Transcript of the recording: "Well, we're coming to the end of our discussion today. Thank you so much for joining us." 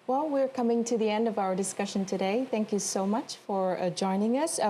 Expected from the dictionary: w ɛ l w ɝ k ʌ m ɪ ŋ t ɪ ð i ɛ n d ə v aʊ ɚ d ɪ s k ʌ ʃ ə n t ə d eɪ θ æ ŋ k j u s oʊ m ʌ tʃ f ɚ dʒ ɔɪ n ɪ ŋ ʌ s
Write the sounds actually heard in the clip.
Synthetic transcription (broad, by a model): w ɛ l w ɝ k ʌ m ɪ ŋ t ɪ ð i ɛ n d ə v aʊ ɚ d ɪ s k ʌ ʃ ə n t ə d eɪ θ æ ŋ k j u s oʊ m ʌ tʃ f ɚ dʒ ɔɪ n ɪ ŋ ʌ s